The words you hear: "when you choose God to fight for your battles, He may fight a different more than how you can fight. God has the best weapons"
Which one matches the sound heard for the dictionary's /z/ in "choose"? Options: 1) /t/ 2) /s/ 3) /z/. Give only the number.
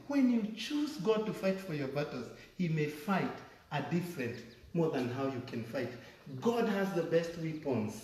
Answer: 3